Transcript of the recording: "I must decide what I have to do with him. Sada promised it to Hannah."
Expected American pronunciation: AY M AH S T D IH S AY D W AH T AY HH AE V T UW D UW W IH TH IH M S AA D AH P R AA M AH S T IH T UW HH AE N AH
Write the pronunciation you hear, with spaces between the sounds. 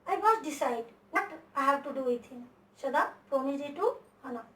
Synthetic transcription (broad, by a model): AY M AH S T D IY S AY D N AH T AY HH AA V T UW D UW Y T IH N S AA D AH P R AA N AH T IH T UW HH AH N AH